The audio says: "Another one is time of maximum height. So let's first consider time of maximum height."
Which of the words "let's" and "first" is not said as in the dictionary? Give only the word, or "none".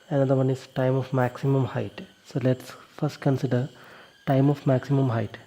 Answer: none